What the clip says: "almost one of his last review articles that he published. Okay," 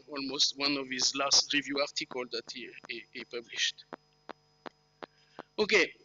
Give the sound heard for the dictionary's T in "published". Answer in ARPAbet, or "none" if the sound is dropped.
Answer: T